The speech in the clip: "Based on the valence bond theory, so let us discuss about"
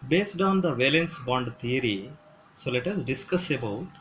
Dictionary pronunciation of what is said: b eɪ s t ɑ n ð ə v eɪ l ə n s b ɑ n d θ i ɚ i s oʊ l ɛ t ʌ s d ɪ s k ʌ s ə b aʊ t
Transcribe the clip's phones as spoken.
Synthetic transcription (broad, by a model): b eɪ s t ɑ n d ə v eɪ l ə n s b ɑ n d t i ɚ i s oʊ l ɛ t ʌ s d ɪ s k ʌ s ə b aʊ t